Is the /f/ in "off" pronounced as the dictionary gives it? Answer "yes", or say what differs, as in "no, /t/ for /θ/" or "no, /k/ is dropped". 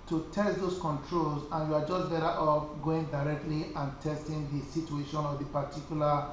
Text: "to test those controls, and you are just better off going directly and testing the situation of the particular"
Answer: no, /p/ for /f/